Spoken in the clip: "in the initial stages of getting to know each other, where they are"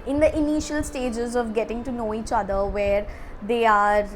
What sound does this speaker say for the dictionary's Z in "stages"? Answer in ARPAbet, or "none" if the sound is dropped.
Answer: Z